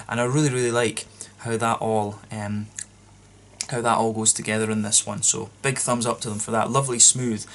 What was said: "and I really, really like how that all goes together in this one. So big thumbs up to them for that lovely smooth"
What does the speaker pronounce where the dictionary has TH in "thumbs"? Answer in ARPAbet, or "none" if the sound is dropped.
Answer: TH